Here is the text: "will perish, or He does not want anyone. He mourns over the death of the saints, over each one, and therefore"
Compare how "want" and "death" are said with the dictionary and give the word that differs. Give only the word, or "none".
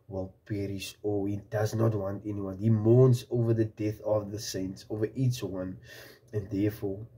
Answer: none